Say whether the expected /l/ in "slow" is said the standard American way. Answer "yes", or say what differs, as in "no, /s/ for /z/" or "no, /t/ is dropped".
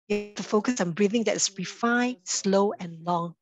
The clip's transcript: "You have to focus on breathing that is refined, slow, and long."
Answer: yes